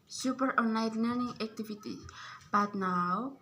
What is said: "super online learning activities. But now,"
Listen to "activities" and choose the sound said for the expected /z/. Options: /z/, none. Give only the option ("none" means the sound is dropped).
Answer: none